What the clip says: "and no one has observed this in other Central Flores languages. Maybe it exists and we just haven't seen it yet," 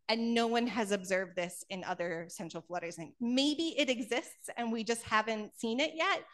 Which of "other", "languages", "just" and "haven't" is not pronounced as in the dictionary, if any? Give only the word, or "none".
languages